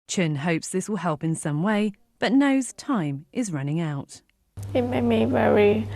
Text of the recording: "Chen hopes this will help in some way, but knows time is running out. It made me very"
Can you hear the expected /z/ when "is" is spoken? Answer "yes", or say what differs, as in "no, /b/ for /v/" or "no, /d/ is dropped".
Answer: yes